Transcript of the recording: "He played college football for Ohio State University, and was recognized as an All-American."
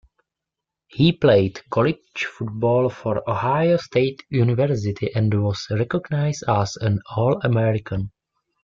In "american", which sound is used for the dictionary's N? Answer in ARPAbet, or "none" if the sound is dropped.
N